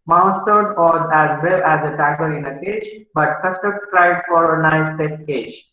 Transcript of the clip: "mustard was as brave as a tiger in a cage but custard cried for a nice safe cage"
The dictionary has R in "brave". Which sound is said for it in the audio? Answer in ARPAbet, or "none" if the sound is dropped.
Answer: none